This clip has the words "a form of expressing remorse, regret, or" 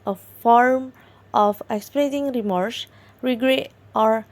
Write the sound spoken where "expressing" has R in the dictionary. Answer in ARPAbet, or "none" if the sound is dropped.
L